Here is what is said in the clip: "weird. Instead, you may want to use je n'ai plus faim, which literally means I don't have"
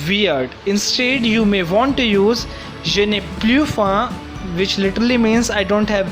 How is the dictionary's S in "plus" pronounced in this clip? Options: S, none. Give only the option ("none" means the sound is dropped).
none